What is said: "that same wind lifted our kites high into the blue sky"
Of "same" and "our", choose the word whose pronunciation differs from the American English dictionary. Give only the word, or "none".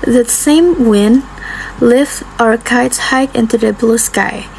none